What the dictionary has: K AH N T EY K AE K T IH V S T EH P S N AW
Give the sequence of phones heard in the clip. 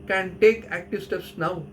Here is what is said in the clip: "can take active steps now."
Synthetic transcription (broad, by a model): K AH N T EY K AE K T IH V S T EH S N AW